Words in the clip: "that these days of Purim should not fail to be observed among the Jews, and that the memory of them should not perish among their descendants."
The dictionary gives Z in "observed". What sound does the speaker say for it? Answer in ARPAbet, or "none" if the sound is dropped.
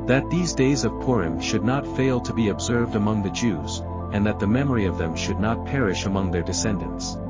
Z